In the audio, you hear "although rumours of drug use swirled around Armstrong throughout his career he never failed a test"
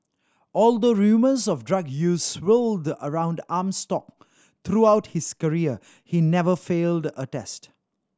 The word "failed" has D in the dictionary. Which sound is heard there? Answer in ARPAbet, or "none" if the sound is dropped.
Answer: D